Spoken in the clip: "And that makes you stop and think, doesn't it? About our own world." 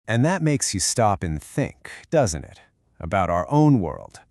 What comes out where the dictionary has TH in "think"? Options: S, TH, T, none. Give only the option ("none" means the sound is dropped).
TH